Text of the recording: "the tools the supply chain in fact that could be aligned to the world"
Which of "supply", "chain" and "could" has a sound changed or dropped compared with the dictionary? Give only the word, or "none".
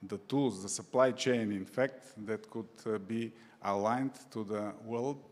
none